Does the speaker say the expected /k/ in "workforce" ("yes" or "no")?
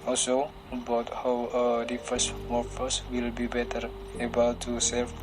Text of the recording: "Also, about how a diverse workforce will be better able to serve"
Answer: no